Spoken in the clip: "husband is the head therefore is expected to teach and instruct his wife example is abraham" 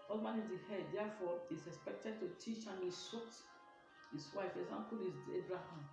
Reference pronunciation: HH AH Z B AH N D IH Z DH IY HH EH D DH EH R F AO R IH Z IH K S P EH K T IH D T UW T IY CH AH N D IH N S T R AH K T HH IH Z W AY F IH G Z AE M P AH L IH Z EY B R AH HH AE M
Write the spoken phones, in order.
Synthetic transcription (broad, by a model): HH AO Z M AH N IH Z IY HH EH D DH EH F AO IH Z IH K S P EH K T IH D T UW T IY CH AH N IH S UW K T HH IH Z W AY F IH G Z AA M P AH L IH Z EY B R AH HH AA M